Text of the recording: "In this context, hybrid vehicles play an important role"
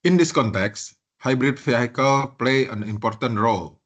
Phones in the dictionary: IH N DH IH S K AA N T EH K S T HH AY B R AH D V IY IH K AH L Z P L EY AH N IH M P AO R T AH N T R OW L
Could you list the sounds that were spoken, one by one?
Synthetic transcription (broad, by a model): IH N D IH S K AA N T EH K S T HH AY B R AH D F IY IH K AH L P L EY AH N IH M P AO R T AH N T R OW L